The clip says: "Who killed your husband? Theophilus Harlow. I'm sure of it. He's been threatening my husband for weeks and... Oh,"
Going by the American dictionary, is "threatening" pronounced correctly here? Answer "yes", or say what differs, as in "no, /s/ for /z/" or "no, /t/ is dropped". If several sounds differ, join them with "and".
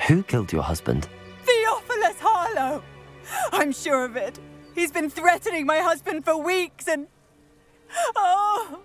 yes